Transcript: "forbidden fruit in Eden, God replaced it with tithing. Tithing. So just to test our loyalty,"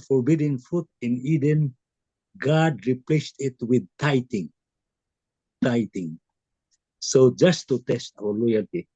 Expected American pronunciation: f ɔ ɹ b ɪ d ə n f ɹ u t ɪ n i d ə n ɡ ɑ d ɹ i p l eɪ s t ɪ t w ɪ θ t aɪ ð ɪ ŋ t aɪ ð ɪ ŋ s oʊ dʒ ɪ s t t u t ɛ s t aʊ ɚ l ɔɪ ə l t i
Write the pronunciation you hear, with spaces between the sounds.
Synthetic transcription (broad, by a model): f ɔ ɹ b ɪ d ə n f u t ɪ n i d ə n ɡ ɑ d ɹ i p l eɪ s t ɪ t w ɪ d t aɪ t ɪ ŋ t aɪ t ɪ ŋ s oʊ dʒ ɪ s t t u t ɛ s t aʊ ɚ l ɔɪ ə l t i